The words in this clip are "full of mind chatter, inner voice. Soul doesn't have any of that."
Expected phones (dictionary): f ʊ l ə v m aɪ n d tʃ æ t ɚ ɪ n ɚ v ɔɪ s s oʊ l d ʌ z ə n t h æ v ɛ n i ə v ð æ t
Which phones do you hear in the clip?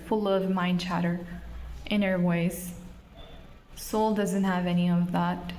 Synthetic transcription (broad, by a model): f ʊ l ə v m aɪ n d tʃ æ t ɚ ɪ n ɚ w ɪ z s oʊ l d ʌ z ə n t h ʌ v ɛ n i ə v ð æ t